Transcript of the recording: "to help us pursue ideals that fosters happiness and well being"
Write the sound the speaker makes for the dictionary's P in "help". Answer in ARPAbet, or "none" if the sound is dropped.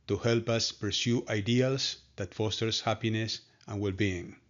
P